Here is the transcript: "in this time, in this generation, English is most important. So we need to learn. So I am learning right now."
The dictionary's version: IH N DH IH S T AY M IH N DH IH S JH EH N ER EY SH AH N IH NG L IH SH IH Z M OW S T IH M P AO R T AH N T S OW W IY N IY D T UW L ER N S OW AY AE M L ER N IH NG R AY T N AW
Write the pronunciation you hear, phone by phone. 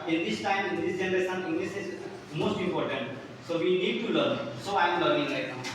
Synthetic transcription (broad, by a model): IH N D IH S T AY M IH N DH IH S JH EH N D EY S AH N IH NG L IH S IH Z M OW S T IH M P AO R T AH N T S OW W IY N IY D T UW L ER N S OW AY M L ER IH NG L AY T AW